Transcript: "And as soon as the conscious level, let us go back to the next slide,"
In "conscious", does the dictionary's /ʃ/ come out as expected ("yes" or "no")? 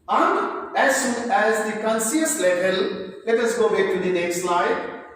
no